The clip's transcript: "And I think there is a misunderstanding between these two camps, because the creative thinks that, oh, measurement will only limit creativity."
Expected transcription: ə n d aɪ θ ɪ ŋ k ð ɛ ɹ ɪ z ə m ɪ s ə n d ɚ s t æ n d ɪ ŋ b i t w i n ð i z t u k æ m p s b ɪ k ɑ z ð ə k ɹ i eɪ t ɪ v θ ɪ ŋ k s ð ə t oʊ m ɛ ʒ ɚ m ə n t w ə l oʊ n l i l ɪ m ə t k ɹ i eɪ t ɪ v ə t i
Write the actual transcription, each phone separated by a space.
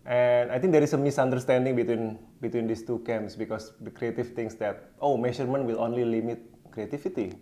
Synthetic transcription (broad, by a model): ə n aɪ t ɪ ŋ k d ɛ ɹ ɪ s ə m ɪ s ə n d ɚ s t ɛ n d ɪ ŋ b i t w i n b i s t u k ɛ m s b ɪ k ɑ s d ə k ɹ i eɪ t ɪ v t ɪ ŋ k s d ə t oʊ m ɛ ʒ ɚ m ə n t w ə l oʊ n l i l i m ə t k ɹ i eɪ t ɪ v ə t i